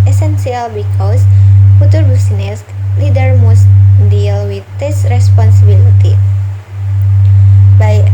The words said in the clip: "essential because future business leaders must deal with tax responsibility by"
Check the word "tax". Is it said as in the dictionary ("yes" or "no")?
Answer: no